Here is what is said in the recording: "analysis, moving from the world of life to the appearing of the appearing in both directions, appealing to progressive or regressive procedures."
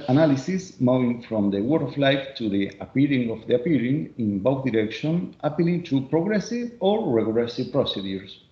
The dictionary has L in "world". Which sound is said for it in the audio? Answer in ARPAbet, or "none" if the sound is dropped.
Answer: none